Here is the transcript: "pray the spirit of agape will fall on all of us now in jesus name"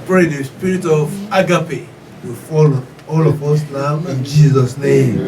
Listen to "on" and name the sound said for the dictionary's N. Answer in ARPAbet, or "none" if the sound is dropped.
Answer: L